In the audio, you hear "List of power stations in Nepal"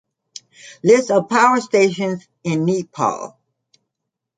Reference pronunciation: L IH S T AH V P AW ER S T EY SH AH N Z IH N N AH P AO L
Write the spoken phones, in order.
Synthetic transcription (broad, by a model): L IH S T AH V P AW ER S T EY SH AH N Z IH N N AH P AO L